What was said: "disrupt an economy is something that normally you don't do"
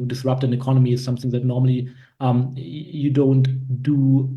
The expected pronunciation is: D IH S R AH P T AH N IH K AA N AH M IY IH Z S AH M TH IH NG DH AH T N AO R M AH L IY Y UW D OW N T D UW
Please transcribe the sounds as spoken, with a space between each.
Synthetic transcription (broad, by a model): D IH S R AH P T AH N IH K AA N AH M IY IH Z S AH M TH IH NG DH AH T N AO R M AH L IY Y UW D OW N T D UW